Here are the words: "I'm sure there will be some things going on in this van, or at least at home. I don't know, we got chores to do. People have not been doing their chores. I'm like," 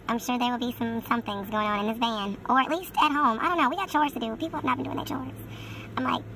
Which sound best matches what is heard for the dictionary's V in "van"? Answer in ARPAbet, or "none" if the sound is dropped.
B